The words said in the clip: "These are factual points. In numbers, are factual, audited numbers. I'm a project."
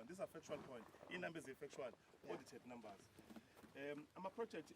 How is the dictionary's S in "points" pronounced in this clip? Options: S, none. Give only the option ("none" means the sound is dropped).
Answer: none